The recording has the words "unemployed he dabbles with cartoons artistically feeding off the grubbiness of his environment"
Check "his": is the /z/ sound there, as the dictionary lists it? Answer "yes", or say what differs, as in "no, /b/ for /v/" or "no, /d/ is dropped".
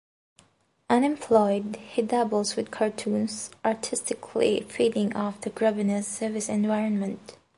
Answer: no, /s/ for /z/